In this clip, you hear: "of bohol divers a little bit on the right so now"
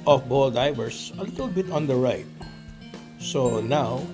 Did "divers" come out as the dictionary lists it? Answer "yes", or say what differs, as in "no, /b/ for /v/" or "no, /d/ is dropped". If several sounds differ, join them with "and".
no, /s/ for /z/